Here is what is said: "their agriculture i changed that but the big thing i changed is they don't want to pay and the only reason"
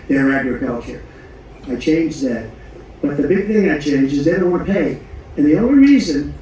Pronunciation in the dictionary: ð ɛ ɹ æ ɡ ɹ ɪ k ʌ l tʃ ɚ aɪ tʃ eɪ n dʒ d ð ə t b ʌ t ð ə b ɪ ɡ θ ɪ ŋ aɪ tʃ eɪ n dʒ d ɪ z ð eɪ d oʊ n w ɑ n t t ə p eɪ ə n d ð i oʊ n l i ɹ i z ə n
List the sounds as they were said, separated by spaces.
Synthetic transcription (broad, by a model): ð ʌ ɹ æ ɡ ɹ ɪ k ʌ l tʃ ɚ aɪ tʃ eɪ n dʒ ð ə t b ʌ t ð ə b ɪ ɡ θ ɪ ŋ aɪ tʃ eɪ n dʒ ɪ z ð eɪ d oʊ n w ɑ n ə p eɪ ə n ð i oʊ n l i ɹ i z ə n